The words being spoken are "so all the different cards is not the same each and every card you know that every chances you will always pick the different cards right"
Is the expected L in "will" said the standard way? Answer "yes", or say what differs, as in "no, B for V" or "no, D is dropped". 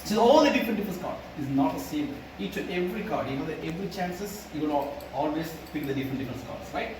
no, N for L